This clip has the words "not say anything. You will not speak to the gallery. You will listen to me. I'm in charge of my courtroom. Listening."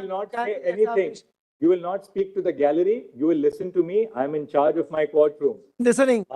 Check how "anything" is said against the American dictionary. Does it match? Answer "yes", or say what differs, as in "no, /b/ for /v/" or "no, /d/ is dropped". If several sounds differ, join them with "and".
no, /t/ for /θ/